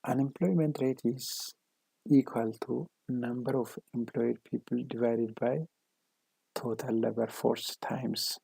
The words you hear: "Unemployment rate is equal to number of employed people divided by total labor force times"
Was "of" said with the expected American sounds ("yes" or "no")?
no